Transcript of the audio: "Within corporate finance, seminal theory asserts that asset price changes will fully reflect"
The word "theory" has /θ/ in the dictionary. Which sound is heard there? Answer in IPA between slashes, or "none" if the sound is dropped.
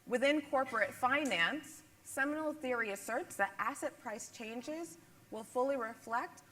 /θ/